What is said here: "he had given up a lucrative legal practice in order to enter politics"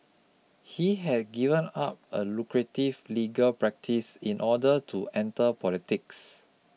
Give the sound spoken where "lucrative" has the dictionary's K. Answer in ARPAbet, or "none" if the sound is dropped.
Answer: K